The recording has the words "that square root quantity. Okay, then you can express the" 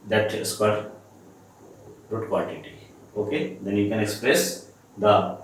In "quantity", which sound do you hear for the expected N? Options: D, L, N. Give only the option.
L